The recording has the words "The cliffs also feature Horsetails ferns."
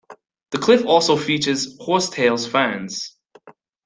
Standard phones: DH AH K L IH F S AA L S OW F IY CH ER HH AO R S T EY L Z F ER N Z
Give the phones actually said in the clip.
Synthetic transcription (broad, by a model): DH AH K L IH F AA L S OW F IY CH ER HH AO R S T EY L Z F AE N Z